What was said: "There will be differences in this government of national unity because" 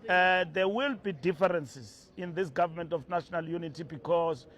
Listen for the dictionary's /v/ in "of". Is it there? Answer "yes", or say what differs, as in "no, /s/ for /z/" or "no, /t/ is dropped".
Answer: no, /f/ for /v/